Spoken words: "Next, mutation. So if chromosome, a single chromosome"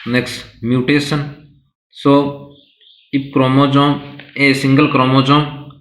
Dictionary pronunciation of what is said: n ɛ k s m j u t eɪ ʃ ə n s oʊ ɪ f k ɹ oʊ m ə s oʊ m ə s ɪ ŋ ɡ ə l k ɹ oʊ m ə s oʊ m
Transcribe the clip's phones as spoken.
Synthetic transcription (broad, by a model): n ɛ k s m j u t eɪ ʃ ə n s oʊ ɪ p k ɹ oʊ m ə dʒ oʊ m ə s ɪ ŋ ɡ ə l k ɹ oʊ m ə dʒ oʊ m